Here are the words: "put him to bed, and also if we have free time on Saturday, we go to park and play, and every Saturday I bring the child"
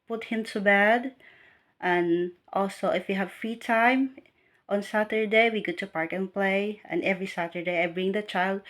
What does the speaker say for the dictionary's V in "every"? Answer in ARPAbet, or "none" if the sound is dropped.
V